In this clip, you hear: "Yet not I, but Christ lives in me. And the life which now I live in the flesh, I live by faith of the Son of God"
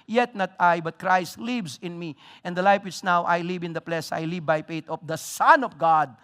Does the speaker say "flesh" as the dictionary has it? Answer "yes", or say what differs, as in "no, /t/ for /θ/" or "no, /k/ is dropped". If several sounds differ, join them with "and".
no, /p/ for /f/ and /s/ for /ʃ/